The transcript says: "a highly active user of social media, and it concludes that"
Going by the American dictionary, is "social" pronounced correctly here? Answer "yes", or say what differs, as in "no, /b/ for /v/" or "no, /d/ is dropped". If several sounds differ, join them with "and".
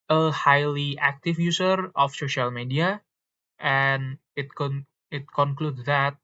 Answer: yes